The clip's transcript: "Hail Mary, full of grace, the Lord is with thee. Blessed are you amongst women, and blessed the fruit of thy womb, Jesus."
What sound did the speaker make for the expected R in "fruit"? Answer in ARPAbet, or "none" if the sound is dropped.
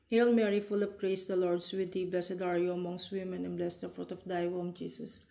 R